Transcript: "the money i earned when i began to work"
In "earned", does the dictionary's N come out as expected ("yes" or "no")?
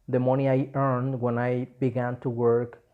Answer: yes